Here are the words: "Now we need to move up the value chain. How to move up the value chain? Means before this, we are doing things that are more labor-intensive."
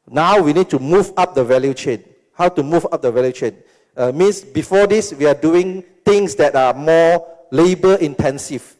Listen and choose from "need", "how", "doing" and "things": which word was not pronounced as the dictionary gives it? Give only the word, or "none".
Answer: things